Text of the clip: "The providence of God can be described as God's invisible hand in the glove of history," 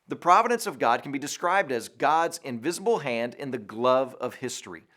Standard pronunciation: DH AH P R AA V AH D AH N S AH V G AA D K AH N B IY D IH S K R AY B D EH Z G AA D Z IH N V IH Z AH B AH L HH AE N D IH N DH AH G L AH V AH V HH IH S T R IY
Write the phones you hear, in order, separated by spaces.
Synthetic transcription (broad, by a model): DH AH P R AA V AH D AH N S AH V G AA D K N B IY D IH S K R AY B D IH Z G AA D Z IH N V IH Z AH B L HH AE N D IH N DH AH G L AH V AH V HH IH S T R IY